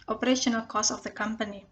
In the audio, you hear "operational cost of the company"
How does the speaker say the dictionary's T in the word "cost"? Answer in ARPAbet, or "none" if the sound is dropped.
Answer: none